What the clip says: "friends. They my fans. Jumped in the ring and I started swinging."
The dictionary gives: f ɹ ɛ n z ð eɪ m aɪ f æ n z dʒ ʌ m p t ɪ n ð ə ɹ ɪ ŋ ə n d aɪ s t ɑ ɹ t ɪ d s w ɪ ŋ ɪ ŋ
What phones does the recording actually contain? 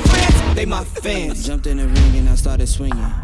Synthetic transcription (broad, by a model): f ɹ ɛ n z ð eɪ m aɪ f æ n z dʒ ʌ m p t ɪ n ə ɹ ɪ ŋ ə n aɪ s t ɑ ɹ t ɪ d s w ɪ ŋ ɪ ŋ